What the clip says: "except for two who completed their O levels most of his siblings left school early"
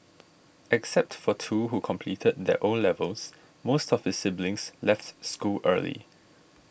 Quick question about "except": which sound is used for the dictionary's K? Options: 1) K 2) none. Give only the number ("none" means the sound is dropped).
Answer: 1